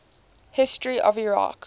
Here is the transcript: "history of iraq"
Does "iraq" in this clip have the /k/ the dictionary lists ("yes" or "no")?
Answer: yes